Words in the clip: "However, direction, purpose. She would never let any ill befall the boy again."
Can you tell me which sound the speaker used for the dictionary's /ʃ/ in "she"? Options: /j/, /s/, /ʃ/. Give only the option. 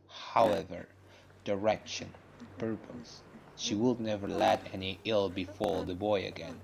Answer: /ʃ/